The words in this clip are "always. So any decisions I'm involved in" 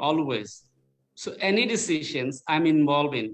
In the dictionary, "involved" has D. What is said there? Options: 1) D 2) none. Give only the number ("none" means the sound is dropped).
2